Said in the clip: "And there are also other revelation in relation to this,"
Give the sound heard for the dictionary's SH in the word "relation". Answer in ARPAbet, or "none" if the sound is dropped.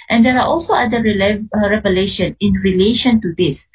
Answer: SH